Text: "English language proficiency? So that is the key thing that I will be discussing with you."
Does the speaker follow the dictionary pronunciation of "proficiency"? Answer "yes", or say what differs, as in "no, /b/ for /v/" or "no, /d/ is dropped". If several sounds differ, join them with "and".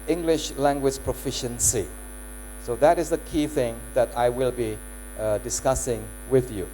yes